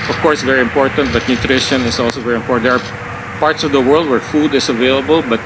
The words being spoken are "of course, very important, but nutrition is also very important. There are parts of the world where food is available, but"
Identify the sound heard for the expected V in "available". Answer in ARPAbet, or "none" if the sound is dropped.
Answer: V